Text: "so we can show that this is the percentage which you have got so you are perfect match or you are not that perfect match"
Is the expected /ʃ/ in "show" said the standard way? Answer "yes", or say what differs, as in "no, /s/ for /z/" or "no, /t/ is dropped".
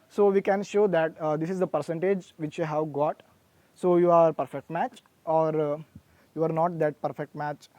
yes